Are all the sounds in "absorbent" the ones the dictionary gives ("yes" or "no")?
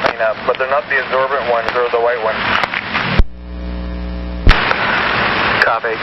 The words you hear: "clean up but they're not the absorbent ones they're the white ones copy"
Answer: yes